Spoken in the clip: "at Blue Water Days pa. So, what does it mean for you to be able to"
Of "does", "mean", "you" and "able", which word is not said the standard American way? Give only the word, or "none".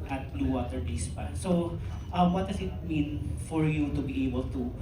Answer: does